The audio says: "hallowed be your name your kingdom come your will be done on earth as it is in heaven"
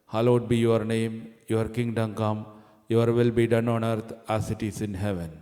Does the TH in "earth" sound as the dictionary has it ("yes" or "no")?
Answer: no